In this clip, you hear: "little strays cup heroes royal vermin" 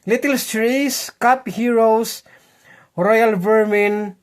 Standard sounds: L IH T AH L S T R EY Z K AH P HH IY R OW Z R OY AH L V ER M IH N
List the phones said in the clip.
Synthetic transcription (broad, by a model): L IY T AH L S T R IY S K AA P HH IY R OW S R OY AH L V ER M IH N